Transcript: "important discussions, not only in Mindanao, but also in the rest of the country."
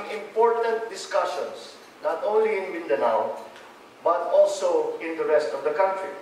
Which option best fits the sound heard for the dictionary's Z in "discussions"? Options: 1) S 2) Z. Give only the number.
1